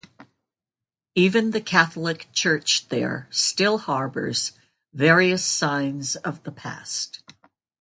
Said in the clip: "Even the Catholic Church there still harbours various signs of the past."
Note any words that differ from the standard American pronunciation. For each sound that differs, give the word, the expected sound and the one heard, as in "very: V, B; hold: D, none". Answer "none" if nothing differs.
none